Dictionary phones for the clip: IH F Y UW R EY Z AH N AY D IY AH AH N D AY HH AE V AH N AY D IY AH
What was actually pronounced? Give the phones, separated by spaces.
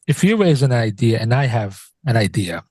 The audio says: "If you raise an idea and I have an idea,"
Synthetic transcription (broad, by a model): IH F Y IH R EY Z AH N AY D IY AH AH N AY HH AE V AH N AY D IY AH